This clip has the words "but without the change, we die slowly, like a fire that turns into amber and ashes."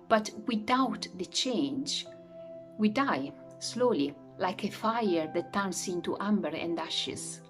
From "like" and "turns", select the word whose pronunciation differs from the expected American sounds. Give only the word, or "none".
turns